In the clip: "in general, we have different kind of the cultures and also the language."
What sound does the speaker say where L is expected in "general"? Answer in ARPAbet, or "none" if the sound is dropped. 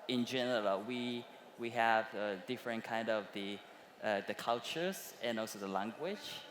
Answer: W